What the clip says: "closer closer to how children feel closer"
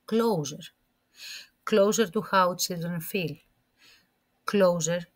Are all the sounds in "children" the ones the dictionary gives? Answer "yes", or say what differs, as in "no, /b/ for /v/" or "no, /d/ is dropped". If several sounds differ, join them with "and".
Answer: no, /s/ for /tʃ/